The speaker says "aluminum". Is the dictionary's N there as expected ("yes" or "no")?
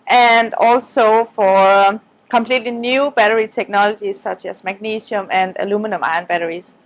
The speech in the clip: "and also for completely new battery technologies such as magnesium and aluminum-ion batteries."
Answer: yes